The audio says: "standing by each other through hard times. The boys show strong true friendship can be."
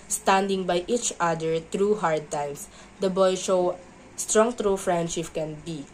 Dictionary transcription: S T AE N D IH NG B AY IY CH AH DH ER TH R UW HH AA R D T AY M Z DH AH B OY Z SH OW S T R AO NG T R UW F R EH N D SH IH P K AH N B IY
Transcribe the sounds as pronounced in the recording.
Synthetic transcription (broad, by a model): S T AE N D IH NG B AY IY CH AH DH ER T R UW HH AA R D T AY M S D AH B OY SH OW S T R AO NG T R UW F R EH N D SH IH P K AH N B IY